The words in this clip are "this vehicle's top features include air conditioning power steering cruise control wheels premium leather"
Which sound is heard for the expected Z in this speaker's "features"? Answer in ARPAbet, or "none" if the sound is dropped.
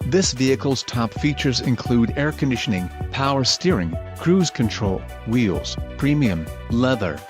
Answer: Z